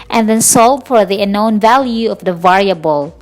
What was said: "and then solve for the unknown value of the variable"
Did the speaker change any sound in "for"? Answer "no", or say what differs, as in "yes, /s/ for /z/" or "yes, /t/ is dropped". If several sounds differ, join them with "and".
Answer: no